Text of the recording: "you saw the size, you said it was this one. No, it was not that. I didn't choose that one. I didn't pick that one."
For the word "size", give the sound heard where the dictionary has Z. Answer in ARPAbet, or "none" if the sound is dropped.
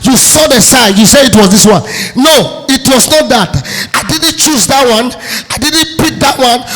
none